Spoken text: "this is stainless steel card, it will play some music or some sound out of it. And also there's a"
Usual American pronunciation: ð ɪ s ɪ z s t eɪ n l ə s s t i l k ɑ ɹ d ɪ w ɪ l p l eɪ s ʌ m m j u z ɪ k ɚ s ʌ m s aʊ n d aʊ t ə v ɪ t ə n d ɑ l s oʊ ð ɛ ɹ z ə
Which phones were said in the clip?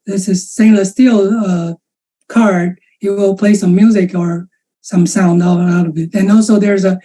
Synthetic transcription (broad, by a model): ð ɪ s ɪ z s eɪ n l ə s s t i l k ɑ ɹ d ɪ w ɪ l p l eɪ s ʌ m m j u z ɪ k ɚ s ʌ m s aʊ n d aʊ t ə v ɪ t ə n ɑ l s oʊ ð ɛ ɹ z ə